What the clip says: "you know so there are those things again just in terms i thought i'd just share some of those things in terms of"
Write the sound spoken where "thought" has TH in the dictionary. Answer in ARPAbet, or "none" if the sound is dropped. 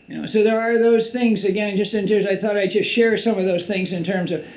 TH